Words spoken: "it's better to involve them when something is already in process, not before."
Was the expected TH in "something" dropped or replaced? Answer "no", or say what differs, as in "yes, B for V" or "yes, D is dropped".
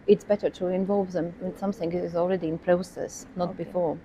no